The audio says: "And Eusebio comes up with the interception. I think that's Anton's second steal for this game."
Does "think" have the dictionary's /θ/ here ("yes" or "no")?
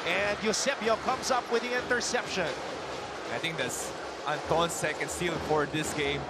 no